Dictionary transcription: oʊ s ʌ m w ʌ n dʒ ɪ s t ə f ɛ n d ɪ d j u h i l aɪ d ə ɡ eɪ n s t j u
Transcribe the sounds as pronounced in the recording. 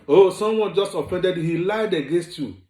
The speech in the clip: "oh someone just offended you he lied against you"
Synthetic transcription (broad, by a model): oʊ s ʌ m w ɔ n dʒ ɪ s t ə f ɛ n d ɪ d h i l aɪ d ə ɡ eɪ n s t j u